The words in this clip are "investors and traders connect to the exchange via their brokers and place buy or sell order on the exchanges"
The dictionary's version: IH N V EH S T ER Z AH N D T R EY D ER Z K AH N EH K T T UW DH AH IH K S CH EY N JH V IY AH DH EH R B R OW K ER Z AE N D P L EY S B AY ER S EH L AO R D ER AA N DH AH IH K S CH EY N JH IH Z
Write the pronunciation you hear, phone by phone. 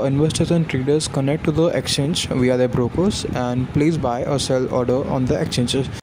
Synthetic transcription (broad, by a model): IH N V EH S T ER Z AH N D T R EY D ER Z K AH N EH K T T UW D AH IH K S CH EY N JH V IY AH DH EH B R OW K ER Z AE N D P L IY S B AY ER S EH L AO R D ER AA N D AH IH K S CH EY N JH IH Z